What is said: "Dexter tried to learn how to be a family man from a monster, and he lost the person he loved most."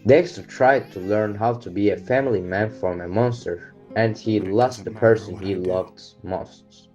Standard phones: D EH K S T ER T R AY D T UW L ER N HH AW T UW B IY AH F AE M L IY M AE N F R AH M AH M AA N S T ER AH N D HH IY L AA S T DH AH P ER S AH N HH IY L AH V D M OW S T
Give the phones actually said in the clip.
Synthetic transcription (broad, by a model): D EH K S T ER T R AY D T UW L ER N HH AW T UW B IY AH F AE M L IY M AE N F R AH M AH M AA N S T ER AH N D HH IY L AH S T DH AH P ER S AH N HH IY L AH V D M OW S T